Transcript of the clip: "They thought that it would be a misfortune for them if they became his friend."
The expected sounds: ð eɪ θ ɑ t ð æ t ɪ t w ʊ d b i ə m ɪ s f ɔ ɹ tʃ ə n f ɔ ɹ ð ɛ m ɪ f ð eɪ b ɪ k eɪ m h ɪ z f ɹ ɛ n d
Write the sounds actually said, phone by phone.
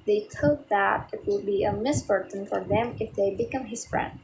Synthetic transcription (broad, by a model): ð eɪ t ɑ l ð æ t ɪ t w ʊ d b i ə m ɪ s p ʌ ɹ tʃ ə n f ɔ ɹ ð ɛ m ɪ f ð eɪ b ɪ k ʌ m h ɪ s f ɹ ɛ n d